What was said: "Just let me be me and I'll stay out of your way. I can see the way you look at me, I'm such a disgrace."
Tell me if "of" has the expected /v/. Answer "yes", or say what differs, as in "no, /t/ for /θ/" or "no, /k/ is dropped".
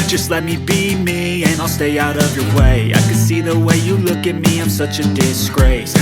yes